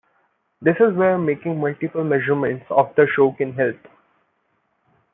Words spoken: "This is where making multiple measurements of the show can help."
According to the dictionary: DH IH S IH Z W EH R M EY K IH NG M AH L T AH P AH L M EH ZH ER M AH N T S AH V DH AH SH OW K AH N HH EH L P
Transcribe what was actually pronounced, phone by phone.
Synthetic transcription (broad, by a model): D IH S IH Z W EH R M EY K IH NG M AH L T AH P AH L M EH ZH ER M AH N T S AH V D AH SH OW K AH N HH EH L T